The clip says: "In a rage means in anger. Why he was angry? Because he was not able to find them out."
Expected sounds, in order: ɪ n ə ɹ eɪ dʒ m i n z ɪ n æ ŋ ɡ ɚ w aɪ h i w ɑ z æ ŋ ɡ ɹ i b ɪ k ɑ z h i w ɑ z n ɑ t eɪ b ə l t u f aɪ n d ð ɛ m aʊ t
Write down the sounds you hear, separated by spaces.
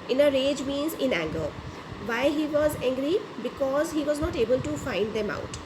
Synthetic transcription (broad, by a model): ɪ n ə ɹ eɪ dʒ m i n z ɪ n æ ŋ ɡ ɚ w aɪ h i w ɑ z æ ŋ ɡ ɹ i b ɪ k ɑ z h i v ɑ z n ɑ t eɪ b ə l t u f aɪ n d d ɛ m aʊ t